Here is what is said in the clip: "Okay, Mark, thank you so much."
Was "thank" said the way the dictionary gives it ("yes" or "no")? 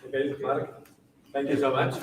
no